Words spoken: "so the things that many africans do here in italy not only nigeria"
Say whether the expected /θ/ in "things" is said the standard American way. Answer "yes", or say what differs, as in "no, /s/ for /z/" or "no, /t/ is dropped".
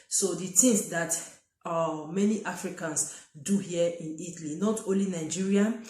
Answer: no, /t/ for /θ/